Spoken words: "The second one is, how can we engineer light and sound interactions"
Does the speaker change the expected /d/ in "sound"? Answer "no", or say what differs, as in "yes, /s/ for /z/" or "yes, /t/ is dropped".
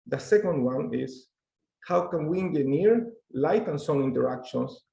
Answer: yes, /d/ is dropped